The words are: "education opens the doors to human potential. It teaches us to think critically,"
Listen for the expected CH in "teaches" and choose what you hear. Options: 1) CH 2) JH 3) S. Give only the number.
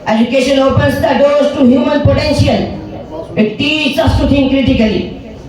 3